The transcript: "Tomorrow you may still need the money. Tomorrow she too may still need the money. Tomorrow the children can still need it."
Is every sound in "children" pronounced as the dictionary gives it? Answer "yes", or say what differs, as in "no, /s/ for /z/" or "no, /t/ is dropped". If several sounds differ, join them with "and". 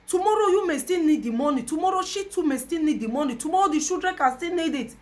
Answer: no, /ʃ/ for /tʃ/ and /l/ is dropped